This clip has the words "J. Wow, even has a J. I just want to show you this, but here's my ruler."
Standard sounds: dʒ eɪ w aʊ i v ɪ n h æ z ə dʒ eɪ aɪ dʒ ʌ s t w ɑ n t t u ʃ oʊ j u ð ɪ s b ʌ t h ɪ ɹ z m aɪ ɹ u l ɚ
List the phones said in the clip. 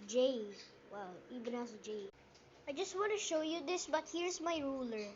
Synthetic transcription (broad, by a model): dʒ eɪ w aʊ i b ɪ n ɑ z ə dʒ eɪ aɪ dʒ ʌ s t w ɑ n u ʃ oʊ j u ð ɪ s b ʌ t h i ɹ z m aɪ ɹ u l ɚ